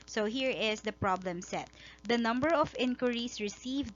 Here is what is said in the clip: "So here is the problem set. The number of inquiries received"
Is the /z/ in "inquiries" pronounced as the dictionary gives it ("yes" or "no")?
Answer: no